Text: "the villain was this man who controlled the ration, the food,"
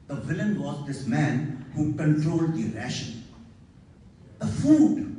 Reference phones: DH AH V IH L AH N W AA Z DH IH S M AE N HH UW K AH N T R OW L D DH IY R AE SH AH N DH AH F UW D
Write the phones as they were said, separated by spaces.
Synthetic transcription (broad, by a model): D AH V IH L AH N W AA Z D IH S M AE N HH UW K AH N T R OW L D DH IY R AE SH AH N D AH F UW D